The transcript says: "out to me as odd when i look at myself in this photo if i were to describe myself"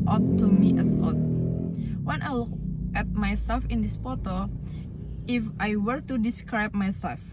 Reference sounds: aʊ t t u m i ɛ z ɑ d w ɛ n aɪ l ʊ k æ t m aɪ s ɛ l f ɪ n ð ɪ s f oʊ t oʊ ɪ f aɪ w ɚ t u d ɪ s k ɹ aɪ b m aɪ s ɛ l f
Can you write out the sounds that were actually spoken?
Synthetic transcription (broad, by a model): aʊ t t u m i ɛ s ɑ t w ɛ n aɪ l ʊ k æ t m aɪ s ɛ l f ɪ n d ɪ s p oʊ t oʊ ɪ f aɪ w ɚ t u d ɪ s k ɹ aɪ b m aɪ s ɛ l f